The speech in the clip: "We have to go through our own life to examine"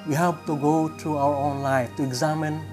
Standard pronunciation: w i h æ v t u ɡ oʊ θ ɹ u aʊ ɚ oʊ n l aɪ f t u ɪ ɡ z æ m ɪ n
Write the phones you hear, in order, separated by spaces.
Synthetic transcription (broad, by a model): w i h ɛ p t u ɡ oʊ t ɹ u aʊ ɚ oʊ n l aɪ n t u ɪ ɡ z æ m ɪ n